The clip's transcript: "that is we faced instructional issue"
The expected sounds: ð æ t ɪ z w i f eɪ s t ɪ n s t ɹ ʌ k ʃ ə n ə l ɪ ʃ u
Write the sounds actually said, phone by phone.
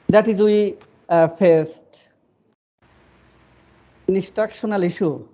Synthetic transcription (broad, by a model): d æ t ɪ z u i f eɪ s t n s t ɹ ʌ k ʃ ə n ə l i ʃ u